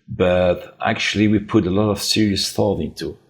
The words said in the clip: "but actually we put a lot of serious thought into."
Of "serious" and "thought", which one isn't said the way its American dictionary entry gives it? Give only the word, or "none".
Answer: none